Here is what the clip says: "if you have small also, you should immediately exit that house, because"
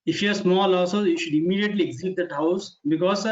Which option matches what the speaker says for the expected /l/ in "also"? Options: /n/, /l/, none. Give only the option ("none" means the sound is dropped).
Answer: none